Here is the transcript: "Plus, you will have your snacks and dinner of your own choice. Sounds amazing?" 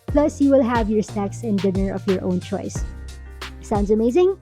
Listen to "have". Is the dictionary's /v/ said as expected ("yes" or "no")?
yes